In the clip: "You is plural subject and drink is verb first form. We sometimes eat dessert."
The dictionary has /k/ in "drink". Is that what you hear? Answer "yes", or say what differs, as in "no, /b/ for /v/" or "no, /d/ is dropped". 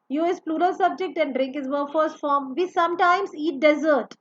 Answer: yes